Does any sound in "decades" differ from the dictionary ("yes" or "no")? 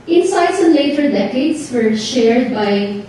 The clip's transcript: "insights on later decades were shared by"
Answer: yes